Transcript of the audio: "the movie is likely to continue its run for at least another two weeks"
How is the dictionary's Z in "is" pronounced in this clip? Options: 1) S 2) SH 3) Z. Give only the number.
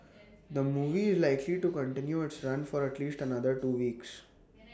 3